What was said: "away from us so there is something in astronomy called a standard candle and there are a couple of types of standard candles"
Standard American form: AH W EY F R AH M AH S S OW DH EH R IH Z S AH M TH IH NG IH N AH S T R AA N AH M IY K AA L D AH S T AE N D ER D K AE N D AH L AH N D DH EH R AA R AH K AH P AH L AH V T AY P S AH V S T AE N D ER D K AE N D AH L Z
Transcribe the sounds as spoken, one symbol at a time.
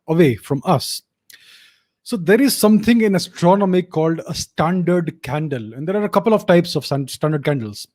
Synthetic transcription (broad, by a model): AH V EY F R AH M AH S S OW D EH R IH Z S AH M T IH NG IH N AH S T R AA N AH M IY K AA L D AH S T AE N D ER D K AE N D AH L AH N D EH R AA R AH K AH P AH L AH V T AY P S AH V S T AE N D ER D K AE N D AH L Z